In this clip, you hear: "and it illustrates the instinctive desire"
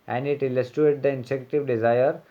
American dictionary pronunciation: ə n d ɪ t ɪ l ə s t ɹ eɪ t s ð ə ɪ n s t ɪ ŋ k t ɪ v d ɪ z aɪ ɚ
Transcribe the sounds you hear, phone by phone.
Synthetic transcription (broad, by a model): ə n d ɪ t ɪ l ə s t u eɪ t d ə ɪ n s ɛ k t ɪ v d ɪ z aɪ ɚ